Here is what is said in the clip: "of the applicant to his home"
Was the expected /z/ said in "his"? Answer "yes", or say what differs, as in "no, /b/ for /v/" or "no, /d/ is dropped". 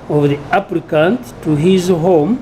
yes